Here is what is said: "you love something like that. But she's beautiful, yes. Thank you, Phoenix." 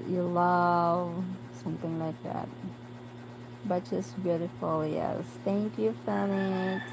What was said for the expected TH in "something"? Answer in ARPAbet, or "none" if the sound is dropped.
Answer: TH